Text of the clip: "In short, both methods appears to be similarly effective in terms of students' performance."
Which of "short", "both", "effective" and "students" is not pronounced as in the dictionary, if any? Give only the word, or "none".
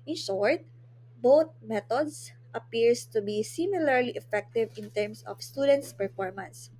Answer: both